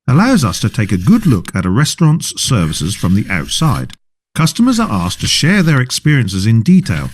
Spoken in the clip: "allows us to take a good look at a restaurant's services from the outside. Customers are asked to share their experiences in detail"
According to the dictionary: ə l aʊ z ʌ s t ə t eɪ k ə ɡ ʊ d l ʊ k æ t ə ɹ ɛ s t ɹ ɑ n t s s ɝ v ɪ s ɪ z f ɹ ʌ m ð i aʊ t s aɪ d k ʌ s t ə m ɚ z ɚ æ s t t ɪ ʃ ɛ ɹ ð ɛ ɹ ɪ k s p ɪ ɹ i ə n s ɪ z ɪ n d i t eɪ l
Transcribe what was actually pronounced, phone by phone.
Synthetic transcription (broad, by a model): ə l aʊ z ʌ s t ə t eɪ k ə ɡ ʊ d l ʊ k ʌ t ə ɹ ɛ s t ɹ ɑ n t s s ɝ v ɪ s ɪ z f ɹ ʌ m ð i aʊ t s aɪ d k ʌ s t ə m ɚ z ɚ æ s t t ɪ ʃ ɛ ɹ ð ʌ ɹ ɪ k s p ɪ ɹ i ə n s ɪ z ɪ n d i t eɪ l